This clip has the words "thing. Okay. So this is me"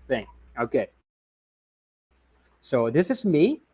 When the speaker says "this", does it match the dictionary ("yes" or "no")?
yes